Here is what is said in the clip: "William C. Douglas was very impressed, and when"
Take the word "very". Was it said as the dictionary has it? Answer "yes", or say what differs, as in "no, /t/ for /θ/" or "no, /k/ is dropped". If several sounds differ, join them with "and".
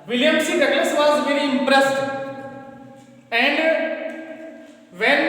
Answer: yes